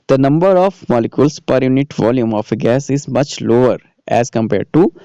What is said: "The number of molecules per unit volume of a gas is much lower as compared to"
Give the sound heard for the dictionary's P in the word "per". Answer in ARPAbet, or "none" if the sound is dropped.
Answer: P